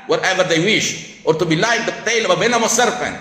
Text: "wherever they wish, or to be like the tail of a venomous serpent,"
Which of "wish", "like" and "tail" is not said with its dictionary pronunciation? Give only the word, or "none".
none